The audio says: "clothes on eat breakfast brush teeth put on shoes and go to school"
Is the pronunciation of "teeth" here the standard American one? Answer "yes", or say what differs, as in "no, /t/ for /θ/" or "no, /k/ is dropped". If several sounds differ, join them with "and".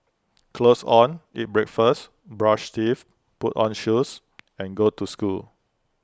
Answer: no, /f/ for /θ/